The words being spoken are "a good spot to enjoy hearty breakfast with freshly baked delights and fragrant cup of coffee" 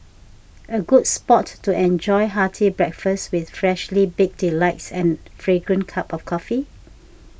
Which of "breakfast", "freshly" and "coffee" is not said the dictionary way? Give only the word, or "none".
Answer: none